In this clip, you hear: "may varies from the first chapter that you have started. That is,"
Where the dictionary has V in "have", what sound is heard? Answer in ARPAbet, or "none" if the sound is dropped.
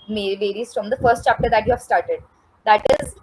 V